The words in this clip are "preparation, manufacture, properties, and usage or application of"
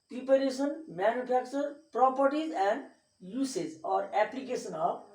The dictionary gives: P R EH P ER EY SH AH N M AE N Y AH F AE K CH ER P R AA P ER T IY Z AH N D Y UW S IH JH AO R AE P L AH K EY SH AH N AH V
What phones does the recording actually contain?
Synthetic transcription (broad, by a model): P R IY P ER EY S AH N M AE N Y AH P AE K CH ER P R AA P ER T IY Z AH N D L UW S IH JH AO R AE P L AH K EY S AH N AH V